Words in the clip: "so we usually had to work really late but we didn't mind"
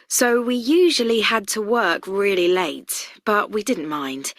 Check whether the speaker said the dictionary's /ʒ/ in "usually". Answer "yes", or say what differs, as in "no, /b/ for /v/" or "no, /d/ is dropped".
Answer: yes